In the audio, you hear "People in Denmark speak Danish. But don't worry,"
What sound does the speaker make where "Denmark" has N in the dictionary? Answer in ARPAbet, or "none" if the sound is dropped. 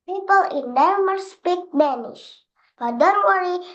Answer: none